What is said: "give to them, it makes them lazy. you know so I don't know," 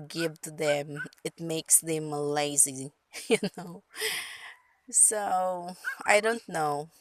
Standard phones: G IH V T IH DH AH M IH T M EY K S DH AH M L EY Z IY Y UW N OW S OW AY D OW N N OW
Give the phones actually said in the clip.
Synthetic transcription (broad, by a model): G IH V T IH DH AH M IH T M EY K S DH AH M L EY Z IY Y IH N OW S OW AY D OW N N OW